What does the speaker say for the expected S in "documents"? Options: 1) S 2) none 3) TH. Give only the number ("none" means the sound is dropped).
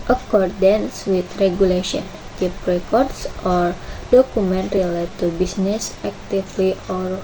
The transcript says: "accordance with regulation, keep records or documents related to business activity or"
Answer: 2